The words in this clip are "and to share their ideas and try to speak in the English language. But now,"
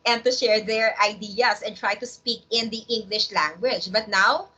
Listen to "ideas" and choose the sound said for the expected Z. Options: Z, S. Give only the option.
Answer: S